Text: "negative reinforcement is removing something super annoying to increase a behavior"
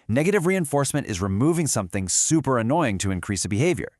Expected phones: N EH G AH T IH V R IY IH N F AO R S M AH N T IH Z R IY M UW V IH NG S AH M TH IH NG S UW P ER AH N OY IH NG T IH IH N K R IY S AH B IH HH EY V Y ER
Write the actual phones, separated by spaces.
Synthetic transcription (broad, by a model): N EH G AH T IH V R IY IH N F AO R S M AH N T IH Z R IY M UW V IH NG S AH M TH IH NG S UW P ER AH N OY IH NG T IH IH N K R IY S AH B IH HH EY V Y ER